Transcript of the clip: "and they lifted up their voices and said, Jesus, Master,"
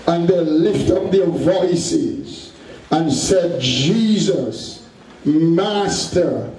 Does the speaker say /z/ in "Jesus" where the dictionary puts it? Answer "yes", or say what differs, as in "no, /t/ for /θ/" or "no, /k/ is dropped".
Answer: yes